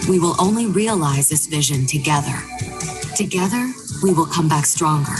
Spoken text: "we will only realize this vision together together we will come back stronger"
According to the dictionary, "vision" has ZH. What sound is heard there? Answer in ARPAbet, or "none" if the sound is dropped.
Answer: ZH